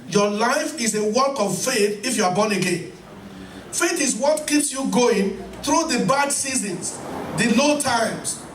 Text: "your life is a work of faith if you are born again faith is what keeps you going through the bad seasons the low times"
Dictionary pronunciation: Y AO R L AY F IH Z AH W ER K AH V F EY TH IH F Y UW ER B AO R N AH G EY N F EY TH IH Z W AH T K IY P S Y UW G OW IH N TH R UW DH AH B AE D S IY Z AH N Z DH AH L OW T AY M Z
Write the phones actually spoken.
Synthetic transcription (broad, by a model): Y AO L AY F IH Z AH W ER K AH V F EY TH IH F Y UW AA B AO N AH G EY N F EY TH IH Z W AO T K IY P S Y UW G OW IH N TH R UW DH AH B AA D S IY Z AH N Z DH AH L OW T AY M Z